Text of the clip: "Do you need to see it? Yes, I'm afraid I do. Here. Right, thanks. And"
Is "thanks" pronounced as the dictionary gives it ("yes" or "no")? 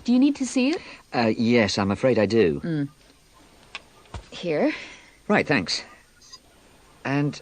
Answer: yes